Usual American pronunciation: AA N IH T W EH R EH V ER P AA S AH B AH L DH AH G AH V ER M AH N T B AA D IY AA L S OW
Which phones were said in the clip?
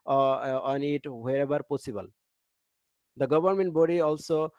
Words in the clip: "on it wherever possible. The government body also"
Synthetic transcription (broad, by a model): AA N IH T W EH R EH B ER P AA S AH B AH L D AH G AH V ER M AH N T B AA D IY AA L S OW